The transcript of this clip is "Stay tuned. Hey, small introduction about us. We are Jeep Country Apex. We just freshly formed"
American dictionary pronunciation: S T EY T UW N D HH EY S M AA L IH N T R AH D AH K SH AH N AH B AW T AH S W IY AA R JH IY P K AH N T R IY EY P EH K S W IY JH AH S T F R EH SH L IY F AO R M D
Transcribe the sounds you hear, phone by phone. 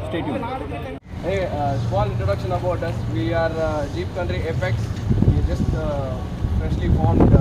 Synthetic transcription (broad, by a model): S T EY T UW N HH EY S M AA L IH N T R AH D AH K SH AH N AH B AW T AH S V IY AA R JH IY P K AH N T R IY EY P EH K S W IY JH AH S T P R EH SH L IY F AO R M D